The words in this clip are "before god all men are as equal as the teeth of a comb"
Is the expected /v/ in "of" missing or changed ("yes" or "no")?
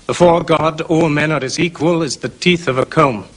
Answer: no